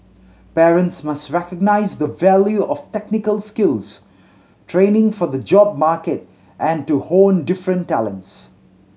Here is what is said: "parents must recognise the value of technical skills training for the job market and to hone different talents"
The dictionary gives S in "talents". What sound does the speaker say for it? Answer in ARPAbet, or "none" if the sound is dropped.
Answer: S